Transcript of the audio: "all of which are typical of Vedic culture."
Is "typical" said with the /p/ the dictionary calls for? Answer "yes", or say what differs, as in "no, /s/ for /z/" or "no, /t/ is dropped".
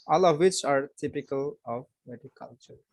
yes